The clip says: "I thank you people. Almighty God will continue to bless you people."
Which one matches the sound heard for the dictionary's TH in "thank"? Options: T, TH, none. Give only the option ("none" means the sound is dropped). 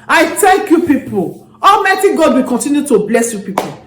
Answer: T